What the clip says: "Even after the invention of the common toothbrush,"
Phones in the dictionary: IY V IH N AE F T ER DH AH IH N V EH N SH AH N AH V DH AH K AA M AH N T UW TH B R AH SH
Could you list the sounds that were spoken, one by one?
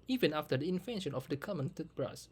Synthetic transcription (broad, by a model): IY V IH N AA F T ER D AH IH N F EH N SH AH N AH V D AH K AA M AH N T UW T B R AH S